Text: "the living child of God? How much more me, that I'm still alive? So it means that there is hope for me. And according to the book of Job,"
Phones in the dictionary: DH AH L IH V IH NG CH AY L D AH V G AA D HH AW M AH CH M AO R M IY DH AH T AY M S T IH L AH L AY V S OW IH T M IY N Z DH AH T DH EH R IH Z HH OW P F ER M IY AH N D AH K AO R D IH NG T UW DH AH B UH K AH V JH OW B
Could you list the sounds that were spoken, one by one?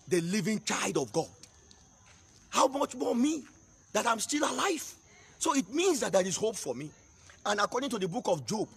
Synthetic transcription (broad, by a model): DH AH L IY V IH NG CH AY L D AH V G AA D HH AW M AH CH M AO M IY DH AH T AY M S T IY L AH L AY V S OW IH T M IY N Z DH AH T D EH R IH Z HH OW P F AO M IY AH N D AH K AO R D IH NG T UW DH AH B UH K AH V JH OW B